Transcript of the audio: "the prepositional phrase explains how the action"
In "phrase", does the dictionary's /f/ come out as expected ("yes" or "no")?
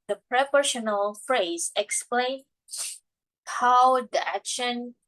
yes